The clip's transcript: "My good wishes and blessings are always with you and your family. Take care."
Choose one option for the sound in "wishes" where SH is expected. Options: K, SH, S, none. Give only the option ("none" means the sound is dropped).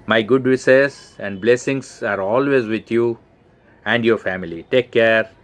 S